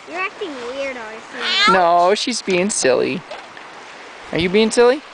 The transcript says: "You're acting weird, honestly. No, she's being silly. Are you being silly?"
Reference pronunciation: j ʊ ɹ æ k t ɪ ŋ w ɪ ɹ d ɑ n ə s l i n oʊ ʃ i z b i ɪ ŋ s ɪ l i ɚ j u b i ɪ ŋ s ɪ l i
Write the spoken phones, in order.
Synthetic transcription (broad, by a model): j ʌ ɹ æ k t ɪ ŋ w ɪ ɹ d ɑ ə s i n oʊ ʃ i z b i ɪ ŋ s ɪ l i ɚ j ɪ b i ɪ ŋ s ɪ l i